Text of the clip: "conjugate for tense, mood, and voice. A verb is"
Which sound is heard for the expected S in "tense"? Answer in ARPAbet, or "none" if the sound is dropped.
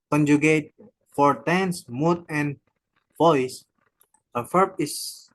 S